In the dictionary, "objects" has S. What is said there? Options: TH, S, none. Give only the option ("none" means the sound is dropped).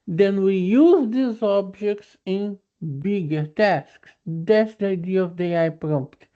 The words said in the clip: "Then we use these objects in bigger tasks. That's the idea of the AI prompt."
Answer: S